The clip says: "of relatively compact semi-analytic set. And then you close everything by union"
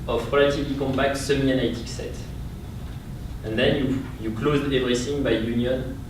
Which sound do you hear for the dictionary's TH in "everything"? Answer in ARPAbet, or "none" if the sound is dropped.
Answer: S